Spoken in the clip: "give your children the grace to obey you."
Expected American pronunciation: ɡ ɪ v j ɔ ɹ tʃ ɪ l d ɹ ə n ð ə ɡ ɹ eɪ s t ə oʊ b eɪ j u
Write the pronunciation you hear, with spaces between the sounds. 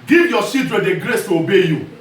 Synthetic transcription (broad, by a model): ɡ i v j ɔ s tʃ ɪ d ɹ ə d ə ɡ ɹ eɪ s t ə oʊ b eɪ j u